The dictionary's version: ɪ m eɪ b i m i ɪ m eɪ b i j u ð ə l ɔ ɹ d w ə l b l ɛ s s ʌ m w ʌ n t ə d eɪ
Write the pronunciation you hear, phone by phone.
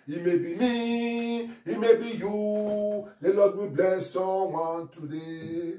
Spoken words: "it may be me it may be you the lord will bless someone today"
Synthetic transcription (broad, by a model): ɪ m eɪ b i m i ɪ m eɪ b i j u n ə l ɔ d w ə b l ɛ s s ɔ w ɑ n t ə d eɪ